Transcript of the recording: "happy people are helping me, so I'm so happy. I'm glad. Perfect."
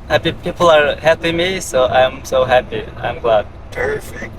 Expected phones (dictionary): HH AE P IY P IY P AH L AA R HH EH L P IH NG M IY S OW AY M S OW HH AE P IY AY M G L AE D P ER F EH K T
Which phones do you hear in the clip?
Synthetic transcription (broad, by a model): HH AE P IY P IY P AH L AA R HH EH P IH M IY S OW AY M S OW HH AE P IY AY M G L AE D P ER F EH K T